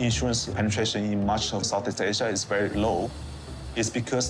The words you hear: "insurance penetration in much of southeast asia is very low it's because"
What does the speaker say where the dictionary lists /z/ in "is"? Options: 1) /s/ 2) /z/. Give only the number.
1